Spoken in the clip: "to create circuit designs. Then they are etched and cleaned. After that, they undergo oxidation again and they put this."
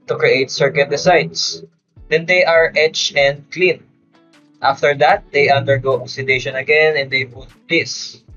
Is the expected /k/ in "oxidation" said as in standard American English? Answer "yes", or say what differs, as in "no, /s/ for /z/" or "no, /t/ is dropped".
no, /k/ is dropped